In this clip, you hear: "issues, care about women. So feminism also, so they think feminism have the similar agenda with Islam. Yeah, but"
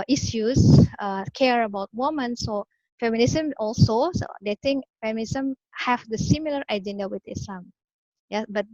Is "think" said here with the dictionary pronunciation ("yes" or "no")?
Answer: no